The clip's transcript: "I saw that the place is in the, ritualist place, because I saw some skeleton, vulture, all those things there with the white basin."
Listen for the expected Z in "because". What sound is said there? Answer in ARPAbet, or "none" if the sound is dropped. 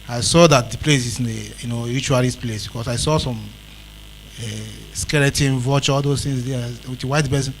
S